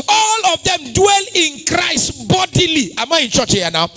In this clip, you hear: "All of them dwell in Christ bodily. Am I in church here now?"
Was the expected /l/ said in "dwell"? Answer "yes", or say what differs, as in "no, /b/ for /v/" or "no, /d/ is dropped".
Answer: yes